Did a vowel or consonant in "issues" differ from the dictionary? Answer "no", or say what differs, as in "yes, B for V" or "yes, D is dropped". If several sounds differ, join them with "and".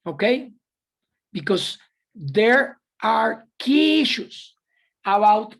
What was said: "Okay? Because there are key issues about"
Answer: yes, S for Z